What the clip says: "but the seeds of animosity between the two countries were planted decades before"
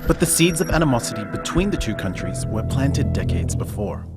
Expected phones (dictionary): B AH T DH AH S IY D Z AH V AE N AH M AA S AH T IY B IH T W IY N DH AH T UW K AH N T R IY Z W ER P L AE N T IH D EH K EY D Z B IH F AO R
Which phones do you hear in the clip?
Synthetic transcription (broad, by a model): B AH T DH AH S IY D Z AH V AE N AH M AA S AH T IY B IH T W IY N DH AH T UW K AH N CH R IY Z W ER P L AE N T IH D EH K EY D Z B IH F AO R